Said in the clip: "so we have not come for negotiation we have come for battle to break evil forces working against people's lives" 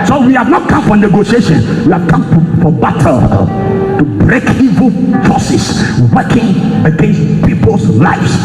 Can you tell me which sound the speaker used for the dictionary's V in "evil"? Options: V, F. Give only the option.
V